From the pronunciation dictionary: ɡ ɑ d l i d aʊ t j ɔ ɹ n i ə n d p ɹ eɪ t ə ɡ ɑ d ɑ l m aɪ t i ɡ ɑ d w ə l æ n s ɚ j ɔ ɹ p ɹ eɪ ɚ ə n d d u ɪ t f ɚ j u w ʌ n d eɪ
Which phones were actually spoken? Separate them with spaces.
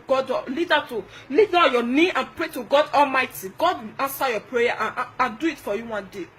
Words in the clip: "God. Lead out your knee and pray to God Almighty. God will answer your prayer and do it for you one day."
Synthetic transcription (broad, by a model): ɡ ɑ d l i d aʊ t j ɔ n i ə n p ɹ eɪ t ə ɡ ɑ d ɑ l m aɪ t i ɡ ɑ d w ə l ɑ n s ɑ j ɔ p ɹ eɪ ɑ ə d d u ɪ t f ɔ j u w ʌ n d eɪ